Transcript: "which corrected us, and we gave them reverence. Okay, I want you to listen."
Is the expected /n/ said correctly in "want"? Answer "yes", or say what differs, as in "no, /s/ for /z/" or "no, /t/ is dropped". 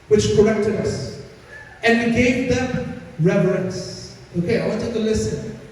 no, /n/ is dropped